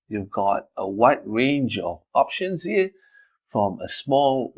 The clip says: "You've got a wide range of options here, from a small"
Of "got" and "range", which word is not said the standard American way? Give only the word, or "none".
none